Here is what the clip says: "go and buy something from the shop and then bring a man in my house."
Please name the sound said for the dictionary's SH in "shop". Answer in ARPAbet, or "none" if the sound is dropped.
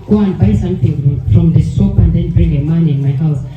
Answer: S